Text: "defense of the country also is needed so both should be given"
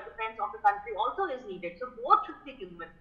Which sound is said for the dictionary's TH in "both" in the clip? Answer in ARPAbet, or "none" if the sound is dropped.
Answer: T